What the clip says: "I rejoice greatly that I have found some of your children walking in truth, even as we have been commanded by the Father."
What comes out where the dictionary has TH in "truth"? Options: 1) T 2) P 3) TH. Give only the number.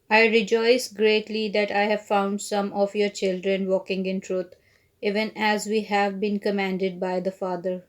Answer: 1